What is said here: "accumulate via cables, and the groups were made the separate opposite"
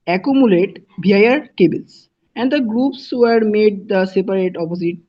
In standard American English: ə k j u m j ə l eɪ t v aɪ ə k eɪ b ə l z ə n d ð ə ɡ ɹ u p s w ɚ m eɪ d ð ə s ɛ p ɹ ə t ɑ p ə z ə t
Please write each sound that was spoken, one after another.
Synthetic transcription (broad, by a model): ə k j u m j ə l eɪ t b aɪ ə k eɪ b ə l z ə n d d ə ɡ ɹ u p s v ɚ m eɪ d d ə s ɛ p ɹ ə t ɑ p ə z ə t